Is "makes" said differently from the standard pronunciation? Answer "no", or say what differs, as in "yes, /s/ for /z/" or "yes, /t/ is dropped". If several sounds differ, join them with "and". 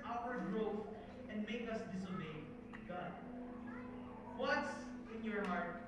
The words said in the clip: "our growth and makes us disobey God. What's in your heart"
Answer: yes, /s/ is dropped